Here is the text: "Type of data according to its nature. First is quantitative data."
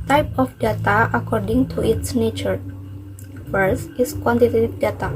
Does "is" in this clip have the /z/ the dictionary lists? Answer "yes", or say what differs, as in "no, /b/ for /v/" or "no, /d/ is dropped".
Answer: no, /s/ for /z/